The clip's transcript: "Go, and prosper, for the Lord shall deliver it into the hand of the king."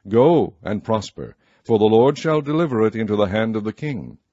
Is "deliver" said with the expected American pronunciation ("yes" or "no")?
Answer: yes